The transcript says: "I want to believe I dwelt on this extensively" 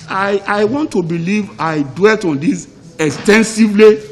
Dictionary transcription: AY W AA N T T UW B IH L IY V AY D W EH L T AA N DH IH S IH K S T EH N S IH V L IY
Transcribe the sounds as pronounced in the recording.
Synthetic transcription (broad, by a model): AY W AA N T T UW B IH L IY V AY D W EH L T AA N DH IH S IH K S T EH N S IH V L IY